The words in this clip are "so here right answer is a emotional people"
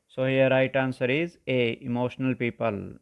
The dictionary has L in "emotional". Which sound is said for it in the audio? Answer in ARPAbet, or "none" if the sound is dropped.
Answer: L